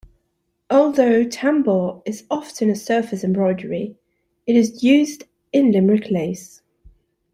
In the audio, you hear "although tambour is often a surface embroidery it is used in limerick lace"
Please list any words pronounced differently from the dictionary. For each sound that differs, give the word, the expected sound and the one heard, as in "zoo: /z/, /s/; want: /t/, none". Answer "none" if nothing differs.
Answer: none